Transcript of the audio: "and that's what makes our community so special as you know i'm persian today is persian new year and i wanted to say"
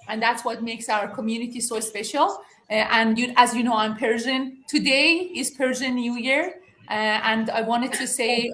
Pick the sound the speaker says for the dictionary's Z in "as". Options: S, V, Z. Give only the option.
Z